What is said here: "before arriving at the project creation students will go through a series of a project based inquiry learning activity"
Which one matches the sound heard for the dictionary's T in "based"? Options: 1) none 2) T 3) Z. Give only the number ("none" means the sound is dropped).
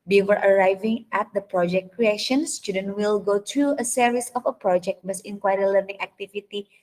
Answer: 1